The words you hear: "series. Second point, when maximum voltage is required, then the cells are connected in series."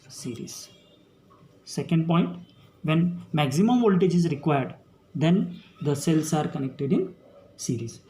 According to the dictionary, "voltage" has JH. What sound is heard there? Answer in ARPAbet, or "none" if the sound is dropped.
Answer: JH